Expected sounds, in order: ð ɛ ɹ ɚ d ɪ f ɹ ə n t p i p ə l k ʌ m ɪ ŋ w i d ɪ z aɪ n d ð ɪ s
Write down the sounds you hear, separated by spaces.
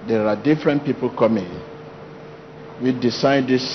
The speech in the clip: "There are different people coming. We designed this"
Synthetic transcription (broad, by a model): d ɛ ɹ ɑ d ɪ f ɹ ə n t p i p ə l k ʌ m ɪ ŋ w i d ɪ s aɪ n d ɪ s